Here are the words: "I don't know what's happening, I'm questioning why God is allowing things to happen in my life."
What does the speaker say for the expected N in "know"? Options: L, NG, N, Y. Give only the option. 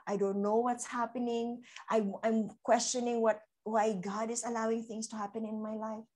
N